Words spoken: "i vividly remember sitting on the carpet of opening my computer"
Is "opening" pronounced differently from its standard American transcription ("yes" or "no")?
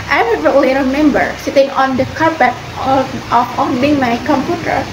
yes